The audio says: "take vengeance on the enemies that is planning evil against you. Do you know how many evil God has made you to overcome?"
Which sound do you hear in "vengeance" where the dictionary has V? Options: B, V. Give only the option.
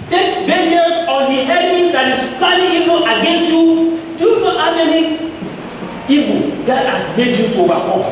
B